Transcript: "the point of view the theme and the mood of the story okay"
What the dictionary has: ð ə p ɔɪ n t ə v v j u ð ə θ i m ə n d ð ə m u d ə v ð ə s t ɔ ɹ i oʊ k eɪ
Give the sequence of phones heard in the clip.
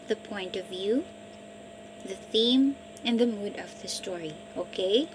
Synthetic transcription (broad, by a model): ð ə p ɔɪ n t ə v v j u ð ə θ i m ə n ð ə m u d ə v ð ə s t ɔ ɹ i oʊ k eɪ